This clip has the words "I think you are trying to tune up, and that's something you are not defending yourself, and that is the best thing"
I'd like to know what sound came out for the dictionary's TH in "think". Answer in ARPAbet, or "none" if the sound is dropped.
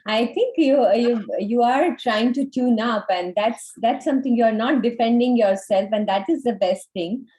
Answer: T